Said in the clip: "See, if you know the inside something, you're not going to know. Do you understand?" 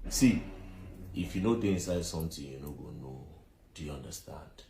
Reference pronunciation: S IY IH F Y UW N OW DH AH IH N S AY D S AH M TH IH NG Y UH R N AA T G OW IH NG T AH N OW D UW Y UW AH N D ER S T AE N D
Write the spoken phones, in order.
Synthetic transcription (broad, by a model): S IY IH F Y UW N OW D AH IH N S AY D S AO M T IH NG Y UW N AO G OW N OW D UW Y UW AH N D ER S T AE N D